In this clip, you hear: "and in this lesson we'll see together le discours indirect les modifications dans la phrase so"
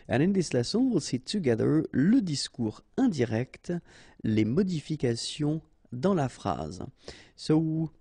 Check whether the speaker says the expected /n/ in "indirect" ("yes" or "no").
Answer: no